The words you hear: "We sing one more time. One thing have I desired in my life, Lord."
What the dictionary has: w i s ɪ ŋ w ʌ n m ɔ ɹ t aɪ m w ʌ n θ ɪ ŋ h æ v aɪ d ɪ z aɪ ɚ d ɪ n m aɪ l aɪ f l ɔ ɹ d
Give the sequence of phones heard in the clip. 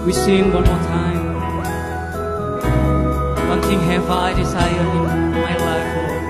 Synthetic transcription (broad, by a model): w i s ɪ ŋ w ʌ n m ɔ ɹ t aɪ m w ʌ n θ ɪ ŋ h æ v aɪ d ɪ s aɪ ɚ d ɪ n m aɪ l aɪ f